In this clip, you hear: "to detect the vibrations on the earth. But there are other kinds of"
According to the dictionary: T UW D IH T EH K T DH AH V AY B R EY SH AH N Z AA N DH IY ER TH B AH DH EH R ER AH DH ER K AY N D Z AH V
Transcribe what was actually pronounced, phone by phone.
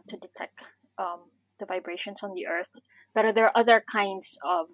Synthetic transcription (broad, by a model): T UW D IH T EH K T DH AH V AY B R EY SH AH N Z AA N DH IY ER TH B AH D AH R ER AH DH ER K AY N D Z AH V